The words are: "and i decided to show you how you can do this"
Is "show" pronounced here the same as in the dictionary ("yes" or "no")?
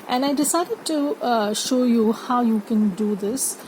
yes